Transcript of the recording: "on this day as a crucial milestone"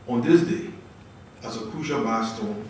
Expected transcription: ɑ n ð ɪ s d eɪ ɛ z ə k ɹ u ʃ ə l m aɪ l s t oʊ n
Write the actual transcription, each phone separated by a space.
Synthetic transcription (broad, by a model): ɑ n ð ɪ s d eɪ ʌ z ə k u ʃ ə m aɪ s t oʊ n